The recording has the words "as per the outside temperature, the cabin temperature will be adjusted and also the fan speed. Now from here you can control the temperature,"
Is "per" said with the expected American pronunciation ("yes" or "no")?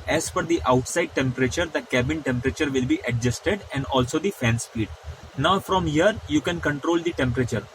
no